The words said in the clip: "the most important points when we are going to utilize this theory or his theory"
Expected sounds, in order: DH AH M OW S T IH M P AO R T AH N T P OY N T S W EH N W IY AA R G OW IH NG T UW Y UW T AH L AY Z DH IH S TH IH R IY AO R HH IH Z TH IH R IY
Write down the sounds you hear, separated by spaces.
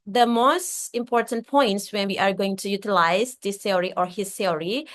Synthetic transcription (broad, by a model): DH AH M OW S T IH M P AO R T AH N T P OY N T S W EH N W IY AA R G OW IH NG T UW Y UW T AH L AY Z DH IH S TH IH R IY AO R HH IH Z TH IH R IY